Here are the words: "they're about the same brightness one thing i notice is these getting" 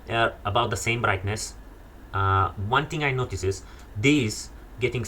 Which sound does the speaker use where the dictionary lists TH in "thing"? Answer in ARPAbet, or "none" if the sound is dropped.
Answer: T